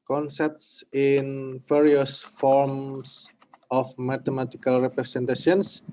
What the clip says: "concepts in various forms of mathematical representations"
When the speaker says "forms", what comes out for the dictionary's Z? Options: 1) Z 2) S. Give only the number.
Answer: 2